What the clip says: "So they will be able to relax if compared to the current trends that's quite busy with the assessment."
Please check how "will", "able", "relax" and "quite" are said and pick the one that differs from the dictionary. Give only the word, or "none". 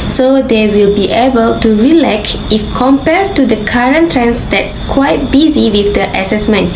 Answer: relax